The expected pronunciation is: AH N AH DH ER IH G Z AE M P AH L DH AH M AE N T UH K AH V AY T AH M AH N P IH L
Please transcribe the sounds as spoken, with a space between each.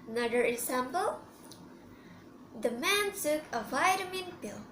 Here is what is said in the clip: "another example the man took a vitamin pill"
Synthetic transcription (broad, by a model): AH N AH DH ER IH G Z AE M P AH L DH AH M AE N S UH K AH V AY T AH M AH N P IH L